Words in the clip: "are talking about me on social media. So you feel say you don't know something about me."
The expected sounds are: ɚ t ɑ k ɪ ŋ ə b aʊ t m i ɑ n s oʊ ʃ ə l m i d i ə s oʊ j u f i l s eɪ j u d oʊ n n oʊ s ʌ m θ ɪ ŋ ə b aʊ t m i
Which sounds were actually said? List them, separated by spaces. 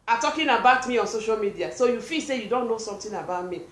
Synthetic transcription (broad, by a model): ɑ t ɑ k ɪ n ə b aʊ t m i ɑ n s oʊ ʃ ə l m i d i ə s oʊ j u f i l s eɪ j u d oʊ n n oʊ s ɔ m t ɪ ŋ ə b aʊ t m i